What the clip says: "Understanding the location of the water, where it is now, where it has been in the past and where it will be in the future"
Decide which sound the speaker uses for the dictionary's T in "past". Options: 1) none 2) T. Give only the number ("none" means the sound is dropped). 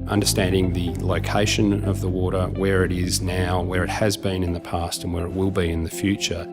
2